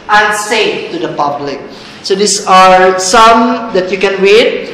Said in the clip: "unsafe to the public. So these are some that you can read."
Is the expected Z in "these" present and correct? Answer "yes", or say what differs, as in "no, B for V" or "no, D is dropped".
no, S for Z